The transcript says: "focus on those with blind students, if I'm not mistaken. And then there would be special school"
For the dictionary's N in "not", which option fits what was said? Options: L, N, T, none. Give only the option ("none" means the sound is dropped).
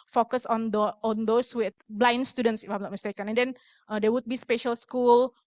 L